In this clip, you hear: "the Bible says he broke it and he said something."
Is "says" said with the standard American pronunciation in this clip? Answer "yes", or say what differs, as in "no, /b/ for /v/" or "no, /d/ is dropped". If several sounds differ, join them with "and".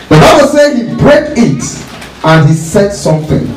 no, /z/ is dropped